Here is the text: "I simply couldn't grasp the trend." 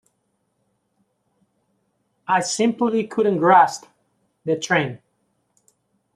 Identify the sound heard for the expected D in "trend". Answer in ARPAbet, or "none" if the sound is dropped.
none